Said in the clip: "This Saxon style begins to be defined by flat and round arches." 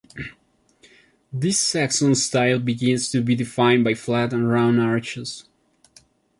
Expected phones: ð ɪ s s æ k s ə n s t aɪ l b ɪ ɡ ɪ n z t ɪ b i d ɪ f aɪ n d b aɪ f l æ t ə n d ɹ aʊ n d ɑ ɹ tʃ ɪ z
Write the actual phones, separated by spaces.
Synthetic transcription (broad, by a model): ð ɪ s s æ k s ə n s t aɪ l b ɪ ɡ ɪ n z t ɪ b i d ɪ f aɪ n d b aɪ f l æ t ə n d ɹ aʊ n ɑ ɹ tʃ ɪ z